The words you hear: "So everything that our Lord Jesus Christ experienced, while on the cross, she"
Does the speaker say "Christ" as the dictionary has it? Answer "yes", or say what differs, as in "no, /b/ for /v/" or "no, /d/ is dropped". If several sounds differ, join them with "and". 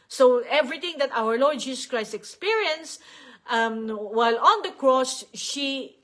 yes